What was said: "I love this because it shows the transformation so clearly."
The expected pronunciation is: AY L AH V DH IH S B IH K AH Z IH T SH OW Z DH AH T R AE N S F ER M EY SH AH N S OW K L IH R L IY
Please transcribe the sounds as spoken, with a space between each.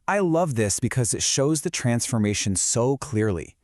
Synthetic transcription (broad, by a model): AY L AH V DH IH S B IH K AH Z IH T SH OW Z DH AH T R AE N S F ER M EY SH AH N S OW K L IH R L IY